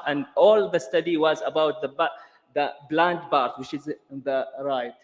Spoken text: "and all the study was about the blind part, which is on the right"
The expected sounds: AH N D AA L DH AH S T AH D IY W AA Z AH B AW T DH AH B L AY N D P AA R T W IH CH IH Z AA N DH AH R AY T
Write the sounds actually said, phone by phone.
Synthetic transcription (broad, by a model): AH N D AA L DH AH S T AH D IY W AA Z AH B AW T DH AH B L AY N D B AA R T W IH CH IH Z DH AH R AY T